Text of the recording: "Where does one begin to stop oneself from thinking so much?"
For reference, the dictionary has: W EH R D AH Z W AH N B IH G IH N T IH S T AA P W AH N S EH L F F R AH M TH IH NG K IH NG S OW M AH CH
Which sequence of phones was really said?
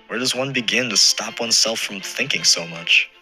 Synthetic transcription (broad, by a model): W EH R D AH Z W AH N B IH G IH N T IH S T AA P W AH N S EH L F F R AH M TH IH NG K IH NG S OW M AH CH